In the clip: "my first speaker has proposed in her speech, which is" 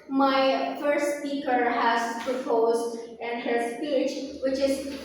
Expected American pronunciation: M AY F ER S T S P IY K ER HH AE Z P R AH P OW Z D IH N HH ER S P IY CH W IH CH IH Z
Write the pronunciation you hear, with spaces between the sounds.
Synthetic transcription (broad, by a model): M AY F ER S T S P IY K ER HH AE Z P R AH P OW Z D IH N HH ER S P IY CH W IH CH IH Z